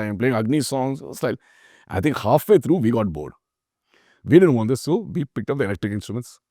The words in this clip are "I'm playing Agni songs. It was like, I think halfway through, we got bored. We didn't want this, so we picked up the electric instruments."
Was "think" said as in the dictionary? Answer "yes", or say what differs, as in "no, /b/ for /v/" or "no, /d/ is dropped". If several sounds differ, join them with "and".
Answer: no, /t/ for /θ/